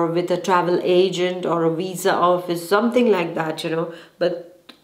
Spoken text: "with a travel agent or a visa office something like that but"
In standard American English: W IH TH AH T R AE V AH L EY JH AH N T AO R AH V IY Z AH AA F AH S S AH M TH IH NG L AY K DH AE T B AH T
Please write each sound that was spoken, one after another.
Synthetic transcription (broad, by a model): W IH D AH T R AE V AH L EY JH AH N T AO R AH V IY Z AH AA F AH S S AH M T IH NG L AY K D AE T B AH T